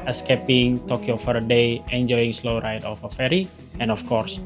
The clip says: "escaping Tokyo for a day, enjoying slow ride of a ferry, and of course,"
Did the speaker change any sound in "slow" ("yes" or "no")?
no